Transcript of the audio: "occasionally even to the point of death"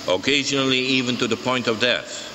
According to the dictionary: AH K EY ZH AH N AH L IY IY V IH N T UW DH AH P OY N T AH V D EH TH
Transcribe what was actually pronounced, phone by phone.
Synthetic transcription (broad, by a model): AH K EY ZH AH N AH L IY IY V IH N T UW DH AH P OY N T AH V D EH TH